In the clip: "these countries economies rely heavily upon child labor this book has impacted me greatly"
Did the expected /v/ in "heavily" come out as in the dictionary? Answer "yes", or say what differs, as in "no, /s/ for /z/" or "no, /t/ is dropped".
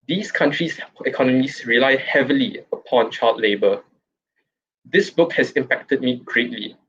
yes